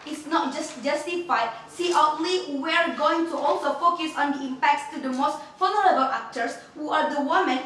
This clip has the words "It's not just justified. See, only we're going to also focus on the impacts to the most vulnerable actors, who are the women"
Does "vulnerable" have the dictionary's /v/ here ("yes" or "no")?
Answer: no